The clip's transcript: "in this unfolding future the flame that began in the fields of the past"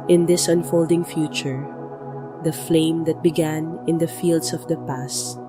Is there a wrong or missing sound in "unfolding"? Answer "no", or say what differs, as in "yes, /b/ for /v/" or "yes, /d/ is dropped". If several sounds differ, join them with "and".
no